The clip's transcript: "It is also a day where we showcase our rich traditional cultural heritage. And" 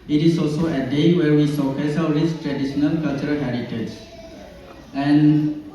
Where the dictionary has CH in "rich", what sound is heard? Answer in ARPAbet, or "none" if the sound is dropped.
S